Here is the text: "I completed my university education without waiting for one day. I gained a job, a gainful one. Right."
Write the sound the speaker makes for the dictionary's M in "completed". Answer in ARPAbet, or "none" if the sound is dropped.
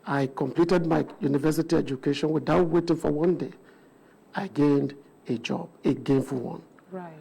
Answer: M